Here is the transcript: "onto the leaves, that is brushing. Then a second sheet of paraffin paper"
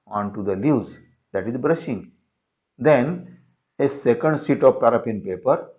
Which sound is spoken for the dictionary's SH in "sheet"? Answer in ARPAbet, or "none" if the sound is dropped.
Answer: S